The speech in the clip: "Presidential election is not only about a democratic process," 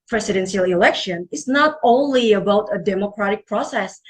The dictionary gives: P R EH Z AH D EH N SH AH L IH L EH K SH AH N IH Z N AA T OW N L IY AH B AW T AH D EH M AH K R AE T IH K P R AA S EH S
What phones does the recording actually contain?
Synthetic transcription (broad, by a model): P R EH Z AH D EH N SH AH L IH L EH K SH AH N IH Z N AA T OW N L IY AH B AW T AH D EH M AH K R AE T IH K P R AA S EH S